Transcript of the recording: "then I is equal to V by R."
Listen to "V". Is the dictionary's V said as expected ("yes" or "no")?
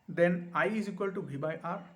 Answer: no